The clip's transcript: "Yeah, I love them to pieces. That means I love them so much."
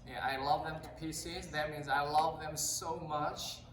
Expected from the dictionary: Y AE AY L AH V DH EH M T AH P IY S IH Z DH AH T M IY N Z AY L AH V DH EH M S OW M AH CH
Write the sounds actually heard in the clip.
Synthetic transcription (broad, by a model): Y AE AY L AH V DH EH M T AH P IY S IH Z DH AH T M IY N Z AY L AH V DH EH M S OW M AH CH